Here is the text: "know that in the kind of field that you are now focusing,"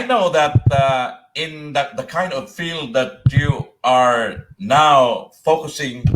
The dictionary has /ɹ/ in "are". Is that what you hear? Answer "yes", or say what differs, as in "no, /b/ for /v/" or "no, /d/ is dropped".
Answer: yes